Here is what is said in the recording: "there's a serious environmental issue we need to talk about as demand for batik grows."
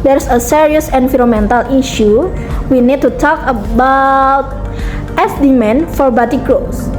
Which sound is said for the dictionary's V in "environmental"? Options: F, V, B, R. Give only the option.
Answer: F